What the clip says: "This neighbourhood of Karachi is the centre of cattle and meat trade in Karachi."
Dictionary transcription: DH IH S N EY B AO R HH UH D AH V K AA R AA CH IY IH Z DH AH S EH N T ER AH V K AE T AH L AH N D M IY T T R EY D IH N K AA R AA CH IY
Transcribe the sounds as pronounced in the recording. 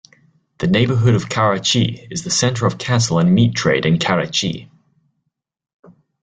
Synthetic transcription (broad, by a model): DH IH N EY B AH HH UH D AH V K AA R AA CH IY IH Z DH AH S EH N T ER AH V K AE S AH L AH N M IY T T R EY D IH N K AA R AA CH IY